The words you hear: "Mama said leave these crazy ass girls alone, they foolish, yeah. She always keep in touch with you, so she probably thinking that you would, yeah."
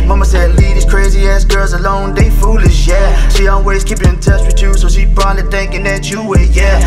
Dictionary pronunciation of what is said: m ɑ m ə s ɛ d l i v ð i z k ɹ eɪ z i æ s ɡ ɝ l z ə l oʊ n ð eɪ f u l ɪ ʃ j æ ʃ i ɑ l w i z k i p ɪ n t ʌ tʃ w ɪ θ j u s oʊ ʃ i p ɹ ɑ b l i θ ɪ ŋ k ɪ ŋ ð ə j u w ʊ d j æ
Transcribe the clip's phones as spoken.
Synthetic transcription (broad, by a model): m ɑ m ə s ɛ d l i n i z k ɹ eɪ z i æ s ɡ ɝ l z ə l oʊ n ð eɪ f u l ɪ ʃ j æ ʃ i ɑ l w i z k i p ɪ n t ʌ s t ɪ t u s oʊ ʃ i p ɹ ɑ l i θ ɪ ŋ k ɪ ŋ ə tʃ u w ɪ j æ